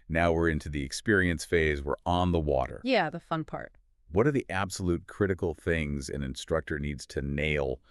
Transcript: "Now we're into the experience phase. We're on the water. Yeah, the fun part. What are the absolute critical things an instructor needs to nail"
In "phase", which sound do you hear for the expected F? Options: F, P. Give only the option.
F